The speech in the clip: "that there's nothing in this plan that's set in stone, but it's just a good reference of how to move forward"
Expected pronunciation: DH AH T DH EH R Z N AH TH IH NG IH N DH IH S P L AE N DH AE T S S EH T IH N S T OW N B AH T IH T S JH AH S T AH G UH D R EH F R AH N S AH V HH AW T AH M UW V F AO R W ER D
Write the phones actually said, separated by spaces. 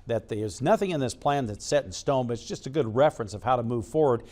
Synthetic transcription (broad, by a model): DH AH T DH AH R Z N AH TH IH NG IH N DH IH S P L AE N DH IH T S S EH T N S T OW N B AH T IH T S JH AH S T AH G UH D R EH F R AH N S AH V HH AW T AH M UW V F AO R W ER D